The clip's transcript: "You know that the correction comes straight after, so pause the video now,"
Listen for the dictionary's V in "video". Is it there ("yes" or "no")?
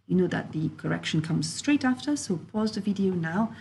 yes